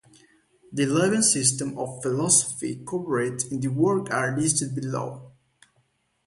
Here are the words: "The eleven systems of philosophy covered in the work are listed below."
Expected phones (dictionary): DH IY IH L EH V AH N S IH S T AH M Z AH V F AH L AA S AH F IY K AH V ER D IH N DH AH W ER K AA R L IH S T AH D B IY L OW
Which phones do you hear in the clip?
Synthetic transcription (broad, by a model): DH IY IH L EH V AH N S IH S T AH M AH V F AH L AA S AH F IY K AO P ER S IH N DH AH W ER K AA R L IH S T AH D B IY L OW